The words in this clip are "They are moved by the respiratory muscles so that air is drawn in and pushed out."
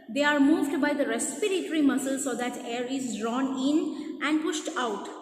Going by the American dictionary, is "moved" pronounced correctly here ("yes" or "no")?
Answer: yes